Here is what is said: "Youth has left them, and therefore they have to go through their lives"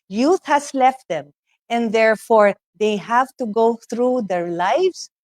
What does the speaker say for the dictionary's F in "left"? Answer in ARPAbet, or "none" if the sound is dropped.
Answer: F